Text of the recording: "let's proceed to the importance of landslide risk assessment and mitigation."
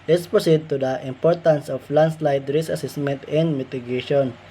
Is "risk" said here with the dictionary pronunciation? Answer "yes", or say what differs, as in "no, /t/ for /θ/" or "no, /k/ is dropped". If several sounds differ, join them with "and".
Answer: no, /k/ is dropped